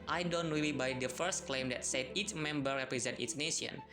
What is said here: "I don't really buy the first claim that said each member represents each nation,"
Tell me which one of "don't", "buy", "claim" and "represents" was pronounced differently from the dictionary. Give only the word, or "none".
represents